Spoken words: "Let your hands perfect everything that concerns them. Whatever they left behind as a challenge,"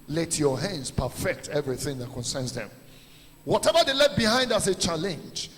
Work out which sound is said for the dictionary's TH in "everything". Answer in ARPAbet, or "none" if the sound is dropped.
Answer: TH